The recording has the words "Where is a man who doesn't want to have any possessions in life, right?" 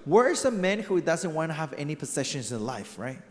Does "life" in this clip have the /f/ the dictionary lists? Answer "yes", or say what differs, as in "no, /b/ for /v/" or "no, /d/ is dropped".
yes